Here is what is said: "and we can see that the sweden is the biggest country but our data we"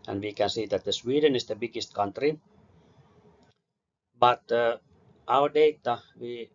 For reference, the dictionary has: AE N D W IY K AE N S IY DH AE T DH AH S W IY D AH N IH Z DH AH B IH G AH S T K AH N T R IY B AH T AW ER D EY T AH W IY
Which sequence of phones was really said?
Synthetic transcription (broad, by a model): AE N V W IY K AE N S IY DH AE T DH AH S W IY D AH N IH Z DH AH B IH G AH S T K AH N T R IY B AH T AW ER D EY T AH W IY